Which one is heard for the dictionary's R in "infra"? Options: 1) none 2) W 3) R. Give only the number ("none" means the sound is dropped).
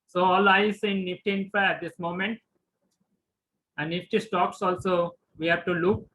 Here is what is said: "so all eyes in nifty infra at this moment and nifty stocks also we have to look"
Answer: 1